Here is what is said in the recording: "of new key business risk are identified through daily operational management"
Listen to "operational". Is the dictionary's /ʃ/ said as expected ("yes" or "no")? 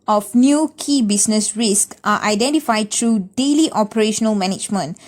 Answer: yes